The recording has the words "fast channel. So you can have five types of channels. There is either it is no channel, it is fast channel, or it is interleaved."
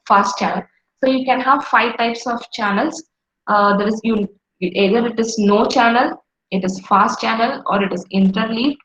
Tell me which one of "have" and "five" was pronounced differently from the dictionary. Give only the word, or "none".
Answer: none